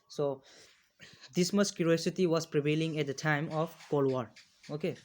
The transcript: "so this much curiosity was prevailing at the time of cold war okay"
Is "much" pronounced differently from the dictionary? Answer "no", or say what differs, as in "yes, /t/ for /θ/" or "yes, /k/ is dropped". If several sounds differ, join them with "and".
yes, /s/ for /tʃ/